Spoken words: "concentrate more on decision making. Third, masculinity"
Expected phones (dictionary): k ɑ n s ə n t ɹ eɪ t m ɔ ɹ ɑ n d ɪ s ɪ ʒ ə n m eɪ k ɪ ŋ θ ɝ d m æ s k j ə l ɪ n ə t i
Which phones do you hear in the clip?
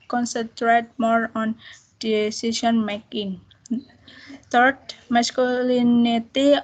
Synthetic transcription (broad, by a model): k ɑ n s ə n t ɹ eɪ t m ɔ ɹ ɑ n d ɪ s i s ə n m eɪ k ɪ ŋ t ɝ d m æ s k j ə l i n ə t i